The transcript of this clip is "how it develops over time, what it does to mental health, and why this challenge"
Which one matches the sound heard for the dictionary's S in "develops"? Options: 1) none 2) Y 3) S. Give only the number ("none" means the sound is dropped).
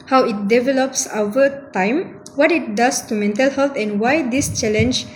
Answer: 3